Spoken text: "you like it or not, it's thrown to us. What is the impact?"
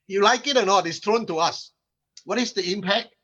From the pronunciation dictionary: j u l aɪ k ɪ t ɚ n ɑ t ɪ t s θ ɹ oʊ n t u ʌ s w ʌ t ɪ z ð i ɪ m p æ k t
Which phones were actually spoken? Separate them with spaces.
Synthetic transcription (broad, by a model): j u l aɪ k ɪ t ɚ n ɑ t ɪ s t ɹ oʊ n t u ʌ s w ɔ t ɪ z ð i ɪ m p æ k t